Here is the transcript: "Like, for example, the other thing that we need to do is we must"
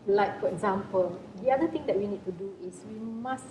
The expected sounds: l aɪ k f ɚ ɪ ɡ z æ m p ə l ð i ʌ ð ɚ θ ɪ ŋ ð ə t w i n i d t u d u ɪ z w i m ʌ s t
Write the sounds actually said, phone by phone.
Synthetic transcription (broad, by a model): l aɪ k f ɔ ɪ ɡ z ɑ m p ə l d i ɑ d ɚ t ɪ ŋ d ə t w i n i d t u d u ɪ s w i m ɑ s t